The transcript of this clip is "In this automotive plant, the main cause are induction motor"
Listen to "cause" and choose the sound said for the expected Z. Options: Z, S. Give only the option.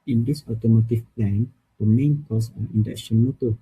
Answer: S